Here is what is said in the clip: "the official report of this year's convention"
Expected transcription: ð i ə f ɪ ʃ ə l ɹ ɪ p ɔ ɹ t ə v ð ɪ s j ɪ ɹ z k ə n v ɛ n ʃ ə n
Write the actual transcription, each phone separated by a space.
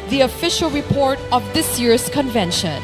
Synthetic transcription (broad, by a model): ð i ə f ɪ ʃ ə l ɹ ɪ p ɔ ɹ t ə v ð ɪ s j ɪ ɹ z k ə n v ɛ n ʃ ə n